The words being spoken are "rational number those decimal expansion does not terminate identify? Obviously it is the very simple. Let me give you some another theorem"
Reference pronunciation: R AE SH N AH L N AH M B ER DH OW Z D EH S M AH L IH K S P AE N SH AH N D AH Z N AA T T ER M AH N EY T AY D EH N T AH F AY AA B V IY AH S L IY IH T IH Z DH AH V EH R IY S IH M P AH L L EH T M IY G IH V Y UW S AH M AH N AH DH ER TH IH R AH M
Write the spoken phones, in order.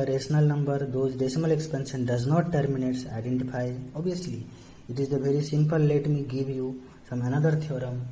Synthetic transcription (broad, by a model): R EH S N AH L N AH M B ER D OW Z D EH S M AH L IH K S P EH N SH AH N D AH Z N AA T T M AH N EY T AY D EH N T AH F AY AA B IY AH S L IY IH T IH Z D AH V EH R IY S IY M P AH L L EH T M IY G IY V Y UW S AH M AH N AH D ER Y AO R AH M